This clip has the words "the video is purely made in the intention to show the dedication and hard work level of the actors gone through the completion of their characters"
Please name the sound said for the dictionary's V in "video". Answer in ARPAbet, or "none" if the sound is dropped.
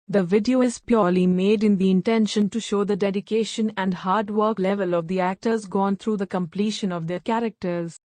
V